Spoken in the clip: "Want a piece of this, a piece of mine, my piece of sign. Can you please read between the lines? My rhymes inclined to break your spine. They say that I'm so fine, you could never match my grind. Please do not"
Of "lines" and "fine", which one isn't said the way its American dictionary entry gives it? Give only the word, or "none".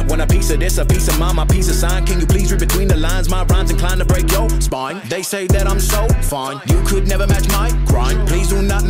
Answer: none